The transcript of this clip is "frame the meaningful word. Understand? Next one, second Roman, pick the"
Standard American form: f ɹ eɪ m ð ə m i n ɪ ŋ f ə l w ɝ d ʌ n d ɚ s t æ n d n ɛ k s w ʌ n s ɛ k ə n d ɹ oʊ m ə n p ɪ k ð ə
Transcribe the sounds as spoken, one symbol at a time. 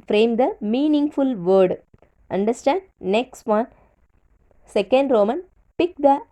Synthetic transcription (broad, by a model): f ɹ eɪ m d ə m i n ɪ ŋ f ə l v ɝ d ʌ n d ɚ s t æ n d n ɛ k s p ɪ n s ɛ k ə n d ɹ oʊ m ə n p ɪ k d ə